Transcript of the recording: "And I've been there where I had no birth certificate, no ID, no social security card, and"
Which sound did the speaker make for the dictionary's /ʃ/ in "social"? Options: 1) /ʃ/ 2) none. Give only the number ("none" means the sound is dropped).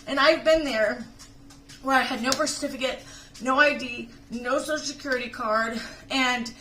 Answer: 2